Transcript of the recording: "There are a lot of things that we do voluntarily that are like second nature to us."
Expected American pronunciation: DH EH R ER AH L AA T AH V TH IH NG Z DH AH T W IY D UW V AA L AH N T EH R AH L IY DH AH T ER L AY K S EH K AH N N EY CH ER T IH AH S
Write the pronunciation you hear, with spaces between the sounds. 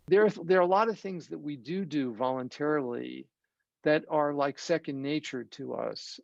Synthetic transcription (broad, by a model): DH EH R ER AH L AA T AH V TH IH NG Z DH AH T W IY D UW V AA L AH N T EH R L IY DH AH T ER L AY K S EH K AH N N EY CH ER T IH AH S